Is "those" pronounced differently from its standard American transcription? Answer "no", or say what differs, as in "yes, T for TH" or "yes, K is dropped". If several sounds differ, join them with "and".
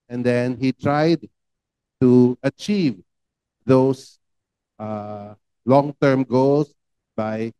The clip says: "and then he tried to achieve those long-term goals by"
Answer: yes, S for Z